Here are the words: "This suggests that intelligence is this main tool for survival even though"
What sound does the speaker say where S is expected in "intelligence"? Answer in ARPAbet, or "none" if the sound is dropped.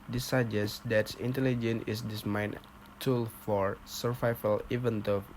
none